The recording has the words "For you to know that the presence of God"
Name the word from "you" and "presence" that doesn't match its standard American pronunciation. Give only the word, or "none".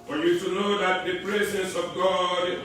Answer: presence